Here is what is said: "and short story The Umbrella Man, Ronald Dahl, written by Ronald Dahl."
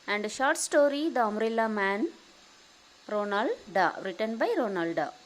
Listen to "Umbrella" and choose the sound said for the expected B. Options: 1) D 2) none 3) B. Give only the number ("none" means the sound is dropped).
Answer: 2